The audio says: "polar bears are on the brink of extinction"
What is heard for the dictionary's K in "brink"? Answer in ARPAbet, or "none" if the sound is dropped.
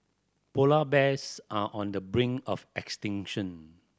none